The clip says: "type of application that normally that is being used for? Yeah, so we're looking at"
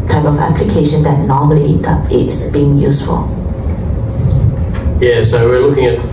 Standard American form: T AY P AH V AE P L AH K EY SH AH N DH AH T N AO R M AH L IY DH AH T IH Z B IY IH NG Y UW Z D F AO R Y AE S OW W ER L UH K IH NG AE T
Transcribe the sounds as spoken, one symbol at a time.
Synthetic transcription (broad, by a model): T AY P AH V AE P L AH K EY SH AH N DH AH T N AO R M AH L IY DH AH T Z B IY IH NG Y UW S F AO L Y AE S OW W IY L UH K IH NG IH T